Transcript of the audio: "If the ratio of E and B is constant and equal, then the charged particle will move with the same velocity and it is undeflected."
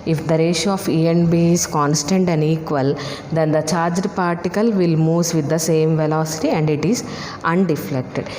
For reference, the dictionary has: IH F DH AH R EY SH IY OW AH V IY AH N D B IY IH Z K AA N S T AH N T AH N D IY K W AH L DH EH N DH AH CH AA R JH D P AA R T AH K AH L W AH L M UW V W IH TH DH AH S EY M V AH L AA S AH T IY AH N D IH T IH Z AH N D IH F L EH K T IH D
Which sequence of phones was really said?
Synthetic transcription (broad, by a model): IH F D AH R EY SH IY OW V IY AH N B IY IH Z K AA N S T AH N T AH N D IY K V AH L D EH N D AH CH AA R JH D P AA R T AH K AH L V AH L M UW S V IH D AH S EY M V AH L AA S AH T IY AH N D IH T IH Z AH N D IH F L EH K T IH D